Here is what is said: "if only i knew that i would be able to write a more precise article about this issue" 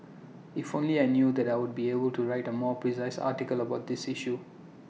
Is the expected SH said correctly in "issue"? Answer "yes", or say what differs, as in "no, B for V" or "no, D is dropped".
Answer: yes